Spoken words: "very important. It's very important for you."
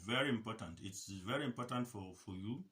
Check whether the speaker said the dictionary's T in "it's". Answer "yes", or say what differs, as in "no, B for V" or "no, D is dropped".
yes